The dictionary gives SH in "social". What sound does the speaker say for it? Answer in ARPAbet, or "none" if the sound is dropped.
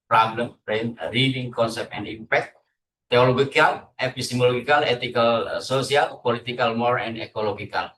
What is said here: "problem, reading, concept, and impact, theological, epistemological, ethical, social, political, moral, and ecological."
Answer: S